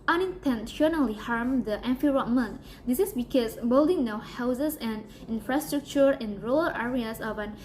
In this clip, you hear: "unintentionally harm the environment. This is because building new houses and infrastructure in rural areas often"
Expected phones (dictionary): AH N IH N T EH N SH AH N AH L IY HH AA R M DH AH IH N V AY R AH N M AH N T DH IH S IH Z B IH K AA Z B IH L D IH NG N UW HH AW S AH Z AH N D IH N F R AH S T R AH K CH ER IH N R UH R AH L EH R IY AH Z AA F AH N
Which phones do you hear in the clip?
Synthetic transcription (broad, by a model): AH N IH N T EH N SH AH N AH L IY HH AA R M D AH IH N F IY R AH M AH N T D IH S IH S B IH K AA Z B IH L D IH NG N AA HH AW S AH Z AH N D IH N F R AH S T R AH K CH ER IH N R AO L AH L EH R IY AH S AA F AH N